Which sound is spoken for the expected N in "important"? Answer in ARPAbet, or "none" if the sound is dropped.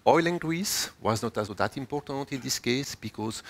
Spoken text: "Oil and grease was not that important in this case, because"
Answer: N